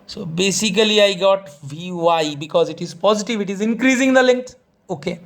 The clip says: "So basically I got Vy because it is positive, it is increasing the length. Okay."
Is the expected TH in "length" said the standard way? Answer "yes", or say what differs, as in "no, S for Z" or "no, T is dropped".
no, T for TH